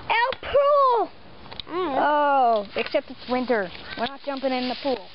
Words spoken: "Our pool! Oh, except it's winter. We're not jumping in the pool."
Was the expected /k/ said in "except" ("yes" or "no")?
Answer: yes